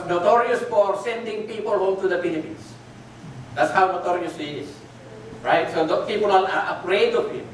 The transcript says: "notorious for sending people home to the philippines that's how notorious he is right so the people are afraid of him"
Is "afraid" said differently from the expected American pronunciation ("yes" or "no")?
yes